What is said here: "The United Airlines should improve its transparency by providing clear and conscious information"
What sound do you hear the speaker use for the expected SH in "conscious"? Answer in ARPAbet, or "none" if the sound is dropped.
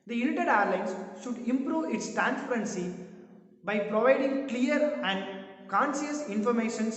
S